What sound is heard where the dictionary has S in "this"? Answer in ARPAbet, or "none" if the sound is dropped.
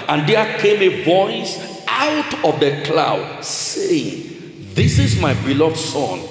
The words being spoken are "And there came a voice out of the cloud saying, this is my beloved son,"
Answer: S